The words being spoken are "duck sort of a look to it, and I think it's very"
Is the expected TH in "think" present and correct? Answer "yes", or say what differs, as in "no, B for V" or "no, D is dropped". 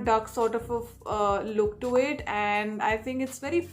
no, T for TH